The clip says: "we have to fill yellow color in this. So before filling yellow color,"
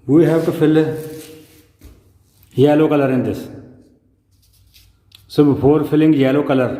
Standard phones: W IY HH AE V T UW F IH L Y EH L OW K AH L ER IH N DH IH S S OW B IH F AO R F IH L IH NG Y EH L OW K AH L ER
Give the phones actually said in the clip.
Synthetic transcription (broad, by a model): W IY HH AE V T UW F IH L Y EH L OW K AH L ER IH N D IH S S OW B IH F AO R F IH L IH NG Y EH L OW K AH L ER